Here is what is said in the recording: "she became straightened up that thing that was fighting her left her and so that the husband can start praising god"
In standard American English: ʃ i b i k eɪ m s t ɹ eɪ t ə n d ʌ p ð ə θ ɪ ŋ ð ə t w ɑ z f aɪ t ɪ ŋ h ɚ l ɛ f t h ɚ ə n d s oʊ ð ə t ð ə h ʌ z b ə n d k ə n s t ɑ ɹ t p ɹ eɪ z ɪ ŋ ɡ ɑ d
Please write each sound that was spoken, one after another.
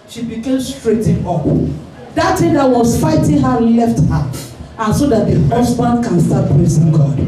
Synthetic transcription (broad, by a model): ʃ i b i k eɪ m s t ɹ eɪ t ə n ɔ p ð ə t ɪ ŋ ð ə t w ɑ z f aɪ t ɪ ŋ h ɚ l ɛ f t h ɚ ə n s oʊ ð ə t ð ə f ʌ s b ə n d k ə n s t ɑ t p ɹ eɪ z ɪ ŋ ɡ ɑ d